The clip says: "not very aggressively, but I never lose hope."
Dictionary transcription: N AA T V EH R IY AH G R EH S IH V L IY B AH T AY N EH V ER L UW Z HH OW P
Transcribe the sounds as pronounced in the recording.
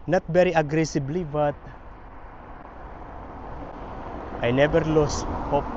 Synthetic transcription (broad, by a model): N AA T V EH R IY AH G R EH S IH B L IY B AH T AY N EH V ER L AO S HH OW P